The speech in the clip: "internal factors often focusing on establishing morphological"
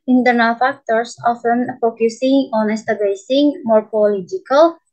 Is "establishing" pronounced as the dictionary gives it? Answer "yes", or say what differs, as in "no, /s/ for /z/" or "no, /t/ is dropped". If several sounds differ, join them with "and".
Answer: no, /l/ is dropped and /s/ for /ʃ/